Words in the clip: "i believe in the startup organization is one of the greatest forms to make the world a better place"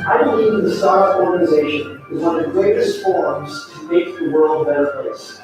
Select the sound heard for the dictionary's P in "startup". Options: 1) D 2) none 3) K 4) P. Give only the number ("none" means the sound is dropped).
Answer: 2